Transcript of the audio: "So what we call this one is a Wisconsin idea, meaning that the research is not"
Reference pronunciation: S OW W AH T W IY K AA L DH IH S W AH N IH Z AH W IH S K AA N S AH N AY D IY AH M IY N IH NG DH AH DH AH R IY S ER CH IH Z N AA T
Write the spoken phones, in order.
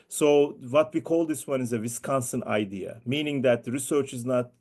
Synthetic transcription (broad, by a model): S OW W AH T W IY K AA L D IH S W AH N IH Z AH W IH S K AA N S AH N AY D IY AH M IY N IH NG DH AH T R IY S ER CH IH Z N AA T